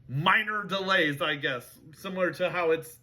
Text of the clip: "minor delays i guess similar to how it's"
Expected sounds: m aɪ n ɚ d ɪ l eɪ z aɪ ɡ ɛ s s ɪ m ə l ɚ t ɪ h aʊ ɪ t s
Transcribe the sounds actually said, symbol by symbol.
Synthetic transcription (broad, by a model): m aɪ n ɚ d ɪ l eɪ z aɪ ɡ ɛ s s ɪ m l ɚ t ɪ h aʊ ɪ t s